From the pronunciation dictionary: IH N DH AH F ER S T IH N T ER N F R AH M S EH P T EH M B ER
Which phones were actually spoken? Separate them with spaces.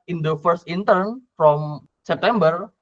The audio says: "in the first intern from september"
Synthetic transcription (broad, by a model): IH N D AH F ER S T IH N T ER N F R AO M S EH P T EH M B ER